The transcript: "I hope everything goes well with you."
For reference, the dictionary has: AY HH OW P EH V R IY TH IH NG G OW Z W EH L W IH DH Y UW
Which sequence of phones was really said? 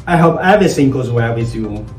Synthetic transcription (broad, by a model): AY HH OW P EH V IY S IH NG G OW Z W EH L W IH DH Y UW